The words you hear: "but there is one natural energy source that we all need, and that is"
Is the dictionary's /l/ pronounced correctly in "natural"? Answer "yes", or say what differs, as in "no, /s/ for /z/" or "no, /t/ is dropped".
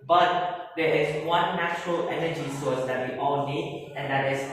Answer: yes